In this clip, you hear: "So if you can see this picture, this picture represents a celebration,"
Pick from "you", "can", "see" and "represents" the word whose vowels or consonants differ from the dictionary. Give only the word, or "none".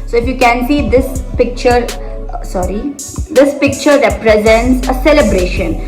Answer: none